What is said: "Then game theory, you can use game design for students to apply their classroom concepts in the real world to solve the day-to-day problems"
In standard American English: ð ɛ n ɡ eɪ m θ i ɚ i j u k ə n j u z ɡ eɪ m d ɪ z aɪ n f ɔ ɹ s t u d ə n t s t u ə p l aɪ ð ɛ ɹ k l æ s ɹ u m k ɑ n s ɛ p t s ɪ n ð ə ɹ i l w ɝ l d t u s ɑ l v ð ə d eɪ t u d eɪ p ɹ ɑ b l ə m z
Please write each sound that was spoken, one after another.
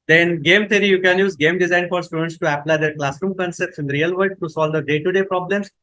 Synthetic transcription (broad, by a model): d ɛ n ɡ eɪ m t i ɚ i j u k ə n j u z ɡ eɪ m d ɪ z aɪ n f ɔ ɹ s t u d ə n t s t u ə p l aɪ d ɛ ɹ k l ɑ s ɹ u m k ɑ n s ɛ p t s ɪ n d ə ɹ i l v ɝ d t u s ɑ l v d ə d eɪ t u d eɪ p ɹ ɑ b l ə m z